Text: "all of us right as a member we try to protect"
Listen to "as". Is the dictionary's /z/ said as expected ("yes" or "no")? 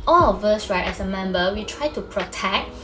no